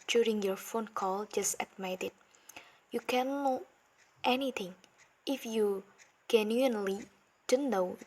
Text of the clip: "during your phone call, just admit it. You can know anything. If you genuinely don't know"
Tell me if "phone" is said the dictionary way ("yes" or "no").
yes